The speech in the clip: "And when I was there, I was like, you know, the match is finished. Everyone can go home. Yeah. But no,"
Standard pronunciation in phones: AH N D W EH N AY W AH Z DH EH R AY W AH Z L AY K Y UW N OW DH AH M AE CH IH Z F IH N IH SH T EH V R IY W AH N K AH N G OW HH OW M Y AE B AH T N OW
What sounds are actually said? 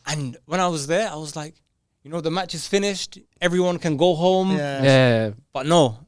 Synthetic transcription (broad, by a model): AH N W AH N AY W AH Z DH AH R AY W AH Z L AY K Y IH N OW DH AH M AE CH IH Z F IH N IH SH T EH V R IY W AH N K AH N G OW HH OW M Y AE B AH T N OW